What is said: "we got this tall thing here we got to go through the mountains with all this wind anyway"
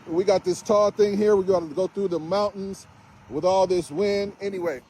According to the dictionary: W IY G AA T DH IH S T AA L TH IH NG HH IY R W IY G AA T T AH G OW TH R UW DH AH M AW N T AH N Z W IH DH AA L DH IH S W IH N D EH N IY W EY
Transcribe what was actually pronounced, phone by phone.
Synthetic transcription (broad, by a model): W IY G AA T DH IH S T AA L TH IH NG HH IY R W IY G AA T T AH G OW TH R UW DH AH M AW N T N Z W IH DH AA L DH IH S W IH N D EH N IY W EY